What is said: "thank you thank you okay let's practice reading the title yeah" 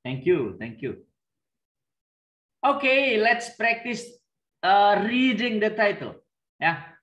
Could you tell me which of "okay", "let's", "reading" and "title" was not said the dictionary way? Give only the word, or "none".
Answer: none